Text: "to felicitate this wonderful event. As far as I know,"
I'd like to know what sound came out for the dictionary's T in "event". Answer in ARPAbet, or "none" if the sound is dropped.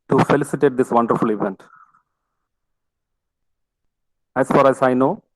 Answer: T